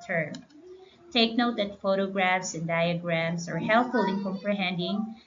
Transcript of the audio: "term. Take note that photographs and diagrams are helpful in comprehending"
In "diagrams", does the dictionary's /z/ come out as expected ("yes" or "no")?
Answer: no